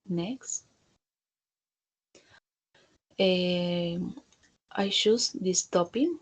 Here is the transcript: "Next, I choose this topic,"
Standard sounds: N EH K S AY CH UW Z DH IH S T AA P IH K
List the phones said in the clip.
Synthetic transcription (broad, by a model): N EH K S AY SH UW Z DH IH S T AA P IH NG